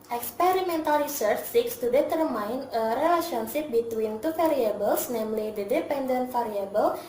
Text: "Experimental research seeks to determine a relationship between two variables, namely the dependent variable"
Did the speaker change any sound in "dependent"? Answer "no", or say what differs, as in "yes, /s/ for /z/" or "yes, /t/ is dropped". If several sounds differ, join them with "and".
no